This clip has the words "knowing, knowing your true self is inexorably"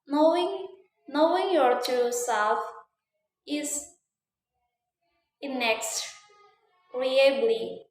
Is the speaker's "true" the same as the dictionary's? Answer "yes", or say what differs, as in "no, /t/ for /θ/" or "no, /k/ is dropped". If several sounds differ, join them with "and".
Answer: no, /ɹ/ is dropped